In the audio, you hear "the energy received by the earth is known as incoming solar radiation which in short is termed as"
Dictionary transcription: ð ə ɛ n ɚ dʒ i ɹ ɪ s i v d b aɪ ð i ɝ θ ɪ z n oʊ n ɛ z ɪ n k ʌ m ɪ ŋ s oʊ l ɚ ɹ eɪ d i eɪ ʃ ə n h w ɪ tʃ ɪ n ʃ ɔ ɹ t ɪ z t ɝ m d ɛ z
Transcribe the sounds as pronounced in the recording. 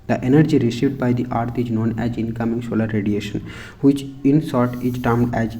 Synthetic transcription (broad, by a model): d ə ɛ n ɚ dʒ i ɹ ɪ s i v d b aɪ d i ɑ t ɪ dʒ n oʊ n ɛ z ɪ n k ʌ m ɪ ŋ s oʊ l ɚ ɹ eɪ d i eɪ ʃ ə n h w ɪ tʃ ɪ n s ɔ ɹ t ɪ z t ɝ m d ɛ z